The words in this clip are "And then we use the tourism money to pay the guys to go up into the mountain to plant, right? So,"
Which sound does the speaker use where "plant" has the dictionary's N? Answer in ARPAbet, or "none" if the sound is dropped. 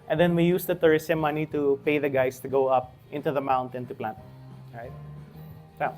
N